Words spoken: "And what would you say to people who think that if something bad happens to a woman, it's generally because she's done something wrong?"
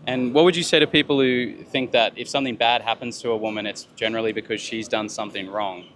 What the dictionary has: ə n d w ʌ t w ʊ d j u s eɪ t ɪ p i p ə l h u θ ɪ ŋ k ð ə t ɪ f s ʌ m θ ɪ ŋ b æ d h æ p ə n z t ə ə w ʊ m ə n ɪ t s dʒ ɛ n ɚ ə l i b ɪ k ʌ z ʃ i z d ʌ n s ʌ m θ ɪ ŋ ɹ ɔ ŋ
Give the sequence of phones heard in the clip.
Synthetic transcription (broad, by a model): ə n w ʌ t w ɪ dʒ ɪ s eɪ t ɪ p i p l h u θ ɪ ŋ k ð ə t ɪ f s ʌ m θ ɪ ŋ b æ d h æ p ə n z t ə ə w ʊ m ə n ɪ t s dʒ ɛ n ɚ l i b ɪ k ʌ z ʃ i z d ʌ n s ʌ m θ ɪ ŋ ɹ ɔ ŋ